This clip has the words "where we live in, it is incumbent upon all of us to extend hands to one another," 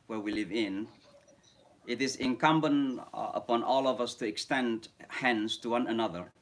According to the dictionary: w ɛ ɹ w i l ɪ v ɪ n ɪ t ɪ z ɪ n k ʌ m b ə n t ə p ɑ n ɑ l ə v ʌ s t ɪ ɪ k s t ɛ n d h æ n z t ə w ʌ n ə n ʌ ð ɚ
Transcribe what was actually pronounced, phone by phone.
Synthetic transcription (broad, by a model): w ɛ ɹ w i l ɪ v ɪ n ɪ t ɪ z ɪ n k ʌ m b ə n ə p ɑ n ɑ l ə v ʌ s t ɪ ɪ k s t ɛ n d h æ n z t ə w ʌ n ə n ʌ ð ɚ